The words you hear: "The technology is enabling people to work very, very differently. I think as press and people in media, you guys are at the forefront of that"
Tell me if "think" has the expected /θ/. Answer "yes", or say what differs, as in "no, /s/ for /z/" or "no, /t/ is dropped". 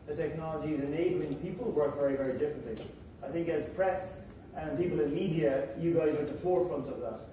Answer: yes